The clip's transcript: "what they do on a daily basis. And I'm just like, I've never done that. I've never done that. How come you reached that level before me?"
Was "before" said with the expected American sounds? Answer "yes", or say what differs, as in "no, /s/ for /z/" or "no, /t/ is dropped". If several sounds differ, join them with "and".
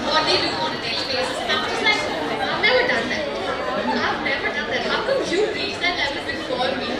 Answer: no, /l/ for /ɹ/